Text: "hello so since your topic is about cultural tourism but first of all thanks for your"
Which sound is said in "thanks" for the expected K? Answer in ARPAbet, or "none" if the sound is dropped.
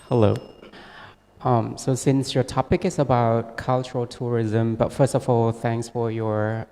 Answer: K